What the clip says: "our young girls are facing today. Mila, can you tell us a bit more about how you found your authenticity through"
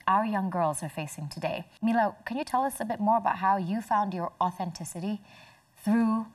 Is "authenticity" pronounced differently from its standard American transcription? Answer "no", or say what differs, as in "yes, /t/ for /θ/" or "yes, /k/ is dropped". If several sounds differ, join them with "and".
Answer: no